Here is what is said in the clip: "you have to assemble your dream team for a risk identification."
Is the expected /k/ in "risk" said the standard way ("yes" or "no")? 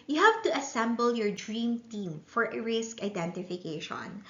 yes